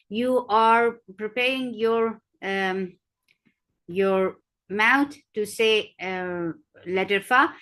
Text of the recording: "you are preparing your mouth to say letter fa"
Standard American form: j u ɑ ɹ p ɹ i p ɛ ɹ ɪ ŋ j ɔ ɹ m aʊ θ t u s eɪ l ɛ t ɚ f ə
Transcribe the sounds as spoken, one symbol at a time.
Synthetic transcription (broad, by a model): j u ɑ ɹ p ɹ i p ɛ ɹ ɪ ŋ j ɔ ɹ m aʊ t t u s eɪ l ɛ t ɚ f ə